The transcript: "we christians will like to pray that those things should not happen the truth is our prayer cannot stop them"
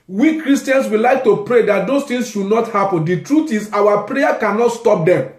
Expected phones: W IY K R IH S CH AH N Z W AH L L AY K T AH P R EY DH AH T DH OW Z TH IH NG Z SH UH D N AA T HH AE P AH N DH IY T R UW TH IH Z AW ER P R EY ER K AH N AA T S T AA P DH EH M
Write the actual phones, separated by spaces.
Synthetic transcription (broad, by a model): W IY K R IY S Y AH N S W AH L L AY K T AH P R EY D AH T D OW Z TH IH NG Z SH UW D N AA T HH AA P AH N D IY T R UW T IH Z AW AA P R EY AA K AH N AA T S T AA P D EH M